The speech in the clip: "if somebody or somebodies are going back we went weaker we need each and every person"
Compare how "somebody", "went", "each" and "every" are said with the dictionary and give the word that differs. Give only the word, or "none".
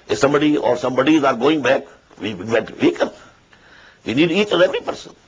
went